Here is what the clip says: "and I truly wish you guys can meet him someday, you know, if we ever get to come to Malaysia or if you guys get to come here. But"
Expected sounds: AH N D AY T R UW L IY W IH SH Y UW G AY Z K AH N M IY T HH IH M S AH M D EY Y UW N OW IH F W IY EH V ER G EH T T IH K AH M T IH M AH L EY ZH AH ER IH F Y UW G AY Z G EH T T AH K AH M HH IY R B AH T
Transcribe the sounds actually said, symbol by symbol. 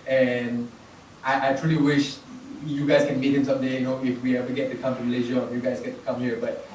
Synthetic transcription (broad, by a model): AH N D AY T R UW L IY W IH SH Y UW G AY Z K AH N M IY T HH IH M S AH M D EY Y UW N OW IH F W IY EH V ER G EH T T IH K AH M T IH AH L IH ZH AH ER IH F Y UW G AY Z G EH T T AH K AH M HH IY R B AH T